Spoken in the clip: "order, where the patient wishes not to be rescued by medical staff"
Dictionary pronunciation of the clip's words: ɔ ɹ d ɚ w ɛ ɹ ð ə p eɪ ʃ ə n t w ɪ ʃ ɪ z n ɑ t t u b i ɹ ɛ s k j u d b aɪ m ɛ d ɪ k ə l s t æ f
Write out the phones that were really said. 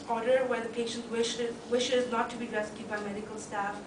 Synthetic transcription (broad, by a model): ɔ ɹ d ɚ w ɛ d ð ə p eɪ ʃ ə n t w ɪ ʃ ɪ z n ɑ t t u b i ɹ ɛ s k j u d b aɪ m ɛ d ɪ k ə l s t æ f